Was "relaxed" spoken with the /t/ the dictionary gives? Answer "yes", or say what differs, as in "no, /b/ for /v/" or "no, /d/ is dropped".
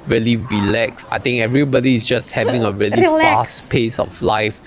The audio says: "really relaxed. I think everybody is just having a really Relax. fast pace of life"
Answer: no, /t/ is dropped